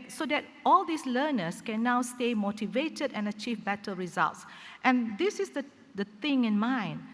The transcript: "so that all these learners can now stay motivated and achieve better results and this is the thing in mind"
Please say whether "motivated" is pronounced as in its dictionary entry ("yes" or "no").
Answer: yes